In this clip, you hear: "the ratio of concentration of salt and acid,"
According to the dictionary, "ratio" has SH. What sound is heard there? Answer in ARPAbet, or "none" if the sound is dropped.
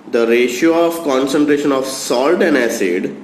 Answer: SH